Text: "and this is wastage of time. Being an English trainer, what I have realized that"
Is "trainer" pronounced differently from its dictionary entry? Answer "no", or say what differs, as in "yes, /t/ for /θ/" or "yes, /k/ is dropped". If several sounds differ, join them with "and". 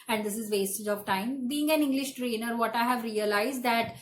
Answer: no